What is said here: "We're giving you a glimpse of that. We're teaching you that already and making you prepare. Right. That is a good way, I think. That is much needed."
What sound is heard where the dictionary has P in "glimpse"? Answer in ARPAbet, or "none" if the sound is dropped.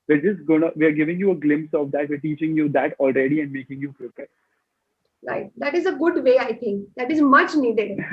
P